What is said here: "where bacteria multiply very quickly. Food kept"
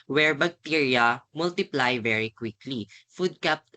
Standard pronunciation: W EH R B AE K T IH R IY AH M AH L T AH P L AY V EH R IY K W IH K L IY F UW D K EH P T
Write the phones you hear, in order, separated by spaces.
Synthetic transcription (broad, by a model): W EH R B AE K T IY R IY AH M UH L T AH P L AY V EH R IY K W IH K L IY F UW D K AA P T